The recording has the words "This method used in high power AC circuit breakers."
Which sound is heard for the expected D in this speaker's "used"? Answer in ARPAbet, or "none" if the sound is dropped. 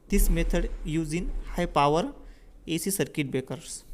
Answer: none